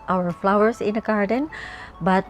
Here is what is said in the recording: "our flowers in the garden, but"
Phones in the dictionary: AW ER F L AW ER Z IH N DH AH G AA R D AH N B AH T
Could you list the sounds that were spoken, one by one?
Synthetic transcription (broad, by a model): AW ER F L AW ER S IH N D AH G AA R D AH N B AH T